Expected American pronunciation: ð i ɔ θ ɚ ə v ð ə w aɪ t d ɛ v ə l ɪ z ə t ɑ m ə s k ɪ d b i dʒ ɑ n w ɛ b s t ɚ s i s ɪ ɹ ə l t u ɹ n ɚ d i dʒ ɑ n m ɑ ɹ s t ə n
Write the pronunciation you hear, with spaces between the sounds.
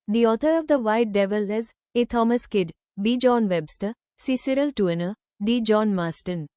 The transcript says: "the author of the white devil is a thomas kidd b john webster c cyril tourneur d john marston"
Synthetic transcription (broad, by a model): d i ɔ t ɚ ə v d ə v aɪ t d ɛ v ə l ɪ z ə t ɑ m ə s k ɪ d b i dʒ ɑ n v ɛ b s t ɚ s i s ɪ ɹ ə l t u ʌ n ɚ d i dʒ ɑ n m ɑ s t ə n